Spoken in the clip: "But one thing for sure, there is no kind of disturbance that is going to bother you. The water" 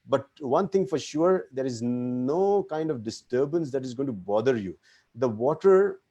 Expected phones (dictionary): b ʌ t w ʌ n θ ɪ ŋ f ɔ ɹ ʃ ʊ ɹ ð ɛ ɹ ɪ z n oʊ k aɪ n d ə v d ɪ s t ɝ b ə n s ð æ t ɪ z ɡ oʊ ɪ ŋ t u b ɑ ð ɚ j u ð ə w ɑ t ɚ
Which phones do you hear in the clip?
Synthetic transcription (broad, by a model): b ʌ t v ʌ n t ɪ ŋ f ɔ ɹ ʃ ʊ ɹ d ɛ ɹ ɪ z n oʊ k aɪ n d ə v d ɪ s t ɝ b ə n s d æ t ɪ z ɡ oʊ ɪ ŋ t u b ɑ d ɚ j u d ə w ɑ t ɚ